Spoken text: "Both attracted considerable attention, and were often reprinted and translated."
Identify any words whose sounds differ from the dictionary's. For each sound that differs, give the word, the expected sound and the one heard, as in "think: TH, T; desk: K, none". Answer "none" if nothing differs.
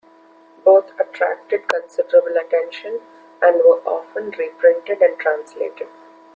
both: TH, T